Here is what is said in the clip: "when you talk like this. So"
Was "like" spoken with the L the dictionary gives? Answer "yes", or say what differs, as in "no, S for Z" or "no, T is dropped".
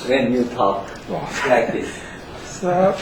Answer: no, W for L